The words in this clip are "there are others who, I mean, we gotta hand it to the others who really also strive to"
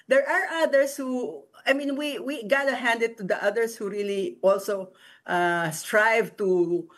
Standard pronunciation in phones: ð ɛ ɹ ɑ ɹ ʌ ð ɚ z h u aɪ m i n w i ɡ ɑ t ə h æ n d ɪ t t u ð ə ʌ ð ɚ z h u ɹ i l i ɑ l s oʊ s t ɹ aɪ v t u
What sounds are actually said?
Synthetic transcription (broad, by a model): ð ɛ ɹ ɑ ɹ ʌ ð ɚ s h u aɪ m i n w i ɡ ɑ t ə h æ n d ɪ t t u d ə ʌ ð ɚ s h u ɹ i l i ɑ l s oʊ s t ɹ aɪ v t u